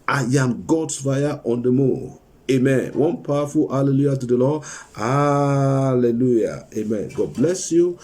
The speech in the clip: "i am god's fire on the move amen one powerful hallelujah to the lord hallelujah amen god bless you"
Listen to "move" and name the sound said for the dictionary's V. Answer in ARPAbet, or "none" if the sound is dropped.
none